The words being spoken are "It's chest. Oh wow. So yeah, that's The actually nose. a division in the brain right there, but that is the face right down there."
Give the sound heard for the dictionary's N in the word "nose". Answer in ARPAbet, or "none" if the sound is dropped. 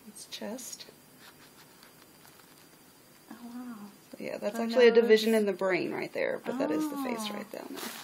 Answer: L